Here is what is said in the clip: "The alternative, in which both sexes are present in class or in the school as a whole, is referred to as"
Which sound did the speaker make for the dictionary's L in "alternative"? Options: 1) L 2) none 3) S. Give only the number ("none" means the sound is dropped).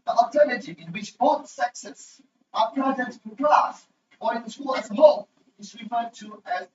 2